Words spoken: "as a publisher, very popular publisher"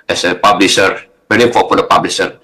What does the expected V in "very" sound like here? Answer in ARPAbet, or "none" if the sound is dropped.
B